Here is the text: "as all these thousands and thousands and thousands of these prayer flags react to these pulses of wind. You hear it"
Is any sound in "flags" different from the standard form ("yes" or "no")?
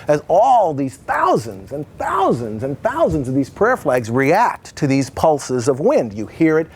no